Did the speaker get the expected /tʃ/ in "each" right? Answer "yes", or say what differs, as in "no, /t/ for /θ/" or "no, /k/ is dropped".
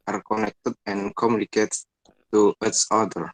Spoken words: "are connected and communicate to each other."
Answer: no, /s/ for /tʃ/